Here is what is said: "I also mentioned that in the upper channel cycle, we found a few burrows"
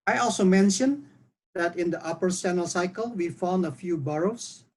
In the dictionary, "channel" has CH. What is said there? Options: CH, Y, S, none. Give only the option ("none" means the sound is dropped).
S